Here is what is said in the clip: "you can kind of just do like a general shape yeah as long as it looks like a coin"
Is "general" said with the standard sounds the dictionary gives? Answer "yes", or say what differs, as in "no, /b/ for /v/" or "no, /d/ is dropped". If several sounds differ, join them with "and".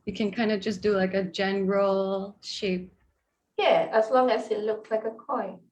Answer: yes